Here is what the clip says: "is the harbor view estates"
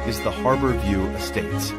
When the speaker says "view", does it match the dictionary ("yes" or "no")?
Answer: yes